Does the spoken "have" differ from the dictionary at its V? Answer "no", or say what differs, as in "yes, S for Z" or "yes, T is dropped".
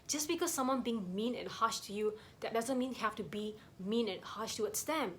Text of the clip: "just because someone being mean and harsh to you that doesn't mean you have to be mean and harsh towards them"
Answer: yes, F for V